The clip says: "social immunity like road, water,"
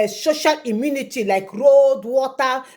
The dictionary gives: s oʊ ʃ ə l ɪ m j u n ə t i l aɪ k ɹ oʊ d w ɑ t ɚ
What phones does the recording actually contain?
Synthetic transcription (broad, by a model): s oʊ ʃ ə l ɪ m j u n ə t i l aɪ k ɹ oʊ d w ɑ t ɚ